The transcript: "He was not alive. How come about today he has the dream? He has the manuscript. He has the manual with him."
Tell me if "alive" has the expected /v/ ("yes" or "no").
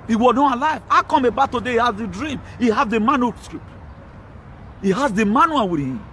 yes